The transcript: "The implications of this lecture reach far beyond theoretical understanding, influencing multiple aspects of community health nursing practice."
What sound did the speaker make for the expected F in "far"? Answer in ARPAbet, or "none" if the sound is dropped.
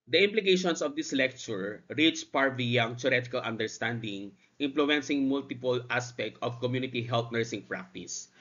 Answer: P